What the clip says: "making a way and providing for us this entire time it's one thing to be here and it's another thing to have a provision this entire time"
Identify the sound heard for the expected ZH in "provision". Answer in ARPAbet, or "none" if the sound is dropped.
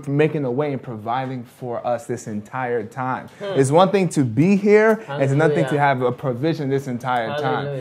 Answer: ZH